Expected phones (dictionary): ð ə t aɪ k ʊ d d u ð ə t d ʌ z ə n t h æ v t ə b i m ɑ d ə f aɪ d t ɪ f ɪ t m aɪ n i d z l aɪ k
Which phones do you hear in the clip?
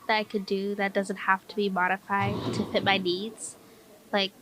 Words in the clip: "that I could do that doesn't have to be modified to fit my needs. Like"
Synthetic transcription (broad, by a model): ð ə t aɪ k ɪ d d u ð ə t d ʌ z ə n t h æ f t ə b i m ɑ d ə f aɪ d t ɪ f ɪ t m aɪ n i d z l aɪ k